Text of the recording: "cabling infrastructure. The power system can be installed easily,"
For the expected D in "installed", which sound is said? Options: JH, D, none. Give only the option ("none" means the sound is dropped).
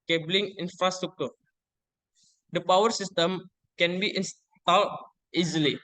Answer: none